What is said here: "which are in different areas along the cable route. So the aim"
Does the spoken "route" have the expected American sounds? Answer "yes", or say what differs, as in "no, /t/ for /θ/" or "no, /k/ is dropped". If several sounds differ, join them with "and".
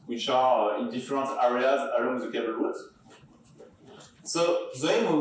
no, /w/ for /ɹ/